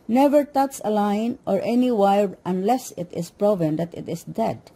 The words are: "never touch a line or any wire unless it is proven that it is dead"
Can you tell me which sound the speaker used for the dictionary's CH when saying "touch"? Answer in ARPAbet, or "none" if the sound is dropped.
S